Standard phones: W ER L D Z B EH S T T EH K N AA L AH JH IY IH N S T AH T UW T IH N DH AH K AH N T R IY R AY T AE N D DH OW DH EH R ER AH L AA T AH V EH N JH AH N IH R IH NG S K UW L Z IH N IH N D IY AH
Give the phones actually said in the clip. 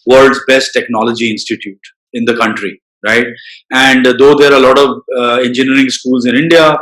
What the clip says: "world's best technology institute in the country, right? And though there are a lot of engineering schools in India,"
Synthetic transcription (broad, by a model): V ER L D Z B EH S T T EH K N AA L AH JH IY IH N S T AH T UW T IH N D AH K AH N T R IY R AY T AE N D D OW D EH R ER AH L AA T AH V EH N JH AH N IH R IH NG S K UW L Z IH N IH N D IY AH